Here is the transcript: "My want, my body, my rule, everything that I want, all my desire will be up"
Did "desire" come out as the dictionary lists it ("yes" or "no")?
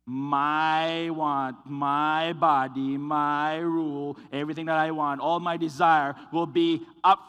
yes